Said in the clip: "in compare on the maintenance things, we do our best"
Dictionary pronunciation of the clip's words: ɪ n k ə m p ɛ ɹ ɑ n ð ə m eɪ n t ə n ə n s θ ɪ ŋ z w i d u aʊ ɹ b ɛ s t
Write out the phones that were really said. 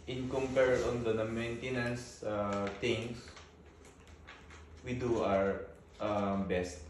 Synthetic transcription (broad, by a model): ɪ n k ə m p ɛ ɹ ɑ n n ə m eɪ n t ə n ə n s t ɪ ŋ s w i d u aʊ ɹ b ɛ s t